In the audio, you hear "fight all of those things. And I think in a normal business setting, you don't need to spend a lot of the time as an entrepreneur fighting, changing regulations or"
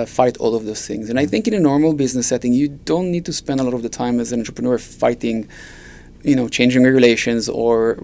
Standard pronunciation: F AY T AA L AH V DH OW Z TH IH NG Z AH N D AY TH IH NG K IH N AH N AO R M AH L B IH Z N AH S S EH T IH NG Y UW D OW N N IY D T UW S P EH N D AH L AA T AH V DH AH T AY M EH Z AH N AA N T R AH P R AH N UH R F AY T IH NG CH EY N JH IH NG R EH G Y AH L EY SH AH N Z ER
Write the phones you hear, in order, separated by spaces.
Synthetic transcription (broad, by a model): F AY T AA L AH V DH OW Z TH IH NG Z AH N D AY TH IH NG K IH N AH N AO R M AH L B IH Z N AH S S EH T IH NG Y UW D OW N N IY D T UW S P EH N D AH L AA T AH V DH AH T AY M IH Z AH N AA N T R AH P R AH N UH R F AY T IH NG CH EY N JH IH NG R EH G Y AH L EY SH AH N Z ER